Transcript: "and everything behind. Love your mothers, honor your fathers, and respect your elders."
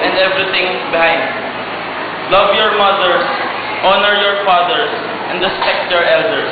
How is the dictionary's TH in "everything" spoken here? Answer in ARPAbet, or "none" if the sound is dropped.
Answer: T